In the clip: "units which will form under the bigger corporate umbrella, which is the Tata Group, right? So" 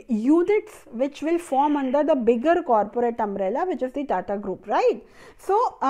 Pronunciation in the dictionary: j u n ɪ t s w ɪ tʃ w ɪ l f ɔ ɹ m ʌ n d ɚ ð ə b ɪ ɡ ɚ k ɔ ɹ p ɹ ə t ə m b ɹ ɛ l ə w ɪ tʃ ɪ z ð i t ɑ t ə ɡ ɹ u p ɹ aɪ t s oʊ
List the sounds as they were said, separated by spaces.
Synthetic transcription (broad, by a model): j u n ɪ t s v ɪ tʃ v ɪ l f ɔ ɹ m ʌ n d ɚ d ə b ɪ ɡ ɚ k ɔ ɹ p ɹ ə t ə m ɹ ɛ l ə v ɪ tʃ ɪ z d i t ɑ t ə ɡ ɹ u p ɹ aɪ t s oʊ